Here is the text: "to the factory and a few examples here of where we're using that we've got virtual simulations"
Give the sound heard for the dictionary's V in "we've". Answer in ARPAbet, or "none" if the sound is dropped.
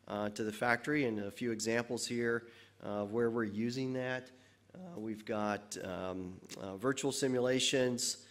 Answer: V